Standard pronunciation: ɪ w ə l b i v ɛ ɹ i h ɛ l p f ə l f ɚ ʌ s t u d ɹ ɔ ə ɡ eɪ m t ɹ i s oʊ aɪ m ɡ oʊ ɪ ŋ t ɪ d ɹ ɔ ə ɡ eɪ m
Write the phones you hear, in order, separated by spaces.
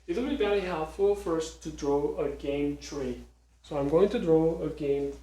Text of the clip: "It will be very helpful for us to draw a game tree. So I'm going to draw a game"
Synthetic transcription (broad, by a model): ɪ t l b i b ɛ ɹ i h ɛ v f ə f ɚ s t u d ɹ ɔ ə ɡ eɪ m t ɹ i s oʊ aɪ m ɡ oʊ ɪ ŋ t ɪ d ɹ ɔ ə ɡ eɪ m